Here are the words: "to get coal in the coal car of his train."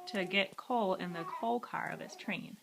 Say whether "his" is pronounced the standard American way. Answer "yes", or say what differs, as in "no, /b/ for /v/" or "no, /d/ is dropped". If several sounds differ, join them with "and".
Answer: no, /s/ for /z/